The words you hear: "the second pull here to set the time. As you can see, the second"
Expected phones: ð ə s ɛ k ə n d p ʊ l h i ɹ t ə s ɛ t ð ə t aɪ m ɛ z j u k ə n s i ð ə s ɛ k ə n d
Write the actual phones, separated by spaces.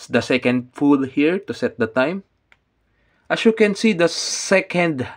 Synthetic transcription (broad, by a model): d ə s ɛ k ə n d f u l h i ɹ t ə s ɛ t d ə t aɪ m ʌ s j u k ə n s i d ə s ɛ k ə n d